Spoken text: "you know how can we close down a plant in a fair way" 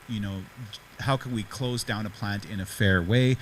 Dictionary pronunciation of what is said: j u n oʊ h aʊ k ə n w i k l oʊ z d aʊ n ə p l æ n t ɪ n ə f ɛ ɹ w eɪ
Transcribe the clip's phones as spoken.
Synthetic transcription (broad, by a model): j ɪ n oʊ h aʊ k ə n w i k l oʊ z d aʊ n ə p l æ n t ɪ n ə f ɛ ɹ w eɪ